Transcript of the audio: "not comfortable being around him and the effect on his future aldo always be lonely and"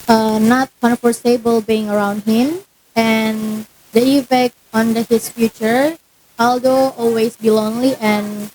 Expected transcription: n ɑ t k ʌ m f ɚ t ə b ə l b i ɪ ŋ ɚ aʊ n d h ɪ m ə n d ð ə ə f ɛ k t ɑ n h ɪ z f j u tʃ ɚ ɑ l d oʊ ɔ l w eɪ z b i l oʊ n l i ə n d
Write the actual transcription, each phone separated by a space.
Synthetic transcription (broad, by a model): n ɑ t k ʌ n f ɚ s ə b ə l b i ɪ ŋ ɚ aʊ n d h ɪ m ə n d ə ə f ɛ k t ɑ n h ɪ s f j u tʃ ɚ ɑ l d oʊ ɔ l w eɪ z b i l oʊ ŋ l i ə n